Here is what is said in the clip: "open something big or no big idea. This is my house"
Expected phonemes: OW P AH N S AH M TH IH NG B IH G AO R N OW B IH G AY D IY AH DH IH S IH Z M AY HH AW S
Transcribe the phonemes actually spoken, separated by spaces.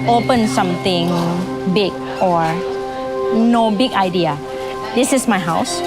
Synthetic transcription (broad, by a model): OW P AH N S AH M T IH NG B IH G AO R N OW B IH G AY D IY AH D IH S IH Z M AY HH AW S